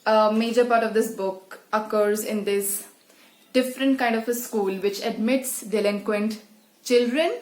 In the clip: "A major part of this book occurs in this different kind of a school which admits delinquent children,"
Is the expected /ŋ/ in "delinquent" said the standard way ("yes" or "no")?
yes